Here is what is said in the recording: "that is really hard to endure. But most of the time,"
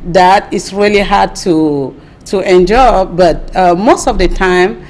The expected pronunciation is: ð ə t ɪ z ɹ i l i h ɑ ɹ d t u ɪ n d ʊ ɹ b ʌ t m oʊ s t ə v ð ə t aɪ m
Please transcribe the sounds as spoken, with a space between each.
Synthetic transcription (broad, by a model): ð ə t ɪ s ɹ i l i h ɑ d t t u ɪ n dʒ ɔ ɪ b ʌ t m oʊ s t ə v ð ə t aɪ m